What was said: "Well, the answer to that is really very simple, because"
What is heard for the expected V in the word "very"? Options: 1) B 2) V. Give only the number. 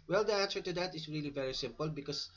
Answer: 2